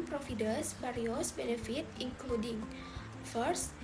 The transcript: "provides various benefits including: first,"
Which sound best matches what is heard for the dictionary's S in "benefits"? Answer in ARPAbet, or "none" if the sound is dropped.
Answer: none